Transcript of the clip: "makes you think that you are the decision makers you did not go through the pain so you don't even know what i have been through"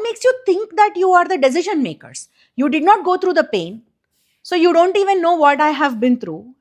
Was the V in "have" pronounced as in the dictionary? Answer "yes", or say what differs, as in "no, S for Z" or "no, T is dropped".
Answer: yes